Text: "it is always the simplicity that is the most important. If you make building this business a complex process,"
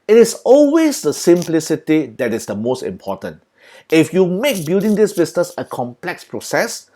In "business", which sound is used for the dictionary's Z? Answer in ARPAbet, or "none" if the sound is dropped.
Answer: S